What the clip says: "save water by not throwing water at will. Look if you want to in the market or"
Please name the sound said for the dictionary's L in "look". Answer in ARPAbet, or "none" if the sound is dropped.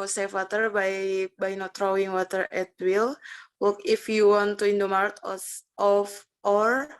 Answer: W